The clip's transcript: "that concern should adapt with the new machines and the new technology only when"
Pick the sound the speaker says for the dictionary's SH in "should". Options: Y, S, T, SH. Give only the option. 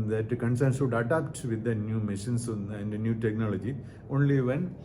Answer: S